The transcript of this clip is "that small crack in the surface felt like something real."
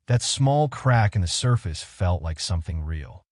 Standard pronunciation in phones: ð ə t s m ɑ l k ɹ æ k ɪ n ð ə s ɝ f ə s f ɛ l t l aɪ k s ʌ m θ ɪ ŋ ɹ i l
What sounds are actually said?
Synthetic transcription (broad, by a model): ð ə t s m ɑ l k ɹ æ k ɪ n ð ə s ɝ f ə s f ɛ l t l aɪ k s ʌ m θ ɪ ŋ ɹ i l